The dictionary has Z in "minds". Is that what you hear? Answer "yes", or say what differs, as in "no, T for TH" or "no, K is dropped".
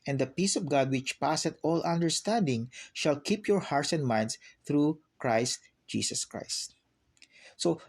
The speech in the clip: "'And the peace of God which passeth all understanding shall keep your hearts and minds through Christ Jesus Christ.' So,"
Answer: no, S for Z